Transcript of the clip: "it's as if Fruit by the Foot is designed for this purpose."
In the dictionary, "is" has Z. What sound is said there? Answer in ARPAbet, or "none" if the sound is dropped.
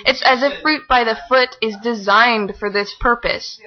Z